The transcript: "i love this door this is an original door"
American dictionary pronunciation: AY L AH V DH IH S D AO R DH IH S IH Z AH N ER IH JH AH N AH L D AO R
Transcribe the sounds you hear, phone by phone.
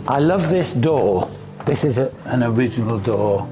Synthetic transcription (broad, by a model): AY L AH V DH IH S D AO DH IH S IH Z AH N ER IH JH AH N AH L D AO